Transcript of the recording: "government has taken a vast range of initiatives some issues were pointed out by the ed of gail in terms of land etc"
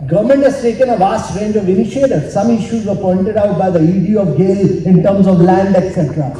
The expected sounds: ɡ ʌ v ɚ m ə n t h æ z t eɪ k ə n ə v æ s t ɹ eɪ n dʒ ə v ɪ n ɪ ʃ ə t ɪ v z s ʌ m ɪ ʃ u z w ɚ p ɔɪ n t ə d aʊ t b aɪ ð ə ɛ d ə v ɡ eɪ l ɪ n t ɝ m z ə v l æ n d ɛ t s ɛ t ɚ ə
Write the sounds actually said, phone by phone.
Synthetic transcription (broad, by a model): ɡ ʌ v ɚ m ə n t h æ z t eɪ k ə n ə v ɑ s t ɹ eɪ n dʒ ə v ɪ n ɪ ʃ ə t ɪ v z s ʌ m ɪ ʃ u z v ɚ p ɔɪ n t ə d aʊ t b aɪ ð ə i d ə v ɡ eɪ l ɪ n t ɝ m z ə v l æ n d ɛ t s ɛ t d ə